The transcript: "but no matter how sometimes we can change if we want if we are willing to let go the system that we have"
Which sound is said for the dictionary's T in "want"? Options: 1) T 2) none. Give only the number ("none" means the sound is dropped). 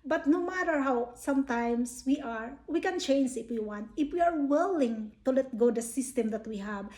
1